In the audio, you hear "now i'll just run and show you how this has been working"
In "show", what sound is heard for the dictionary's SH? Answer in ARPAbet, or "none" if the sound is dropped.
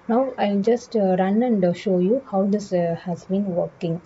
SH